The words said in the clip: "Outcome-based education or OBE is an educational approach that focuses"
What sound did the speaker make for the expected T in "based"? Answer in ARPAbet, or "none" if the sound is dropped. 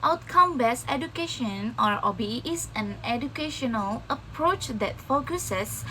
none